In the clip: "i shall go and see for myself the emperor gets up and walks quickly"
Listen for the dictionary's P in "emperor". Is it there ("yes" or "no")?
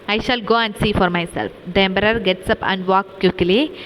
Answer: no